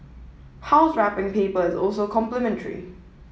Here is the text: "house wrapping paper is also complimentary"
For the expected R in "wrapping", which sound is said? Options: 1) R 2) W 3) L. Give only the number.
1